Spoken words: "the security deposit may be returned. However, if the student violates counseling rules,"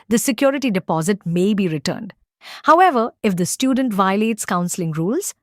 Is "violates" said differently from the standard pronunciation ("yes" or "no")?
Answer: no